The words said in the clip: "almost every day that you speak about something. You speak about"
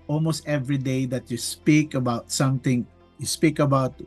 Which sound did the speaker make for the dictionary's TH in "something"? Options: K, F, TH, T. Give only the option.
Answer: T